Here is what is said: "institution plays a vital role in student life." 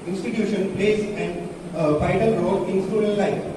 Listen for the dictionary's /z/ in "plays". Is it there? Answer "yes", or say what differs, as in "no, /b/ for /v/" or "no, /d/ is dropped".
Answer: no, /s/ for /z/